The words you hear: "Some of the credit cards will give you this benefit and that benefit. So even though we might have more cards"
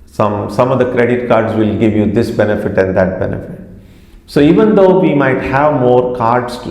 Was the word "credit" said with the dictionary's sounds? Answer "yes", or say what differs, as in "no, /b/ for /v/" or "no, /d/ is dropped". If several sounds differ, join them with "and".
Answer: yes